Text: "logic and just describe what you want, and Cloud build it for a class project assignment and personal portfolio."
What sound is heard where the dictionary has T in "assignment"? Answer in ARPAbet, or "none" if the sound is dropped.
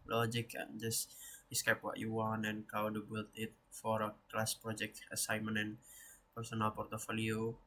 none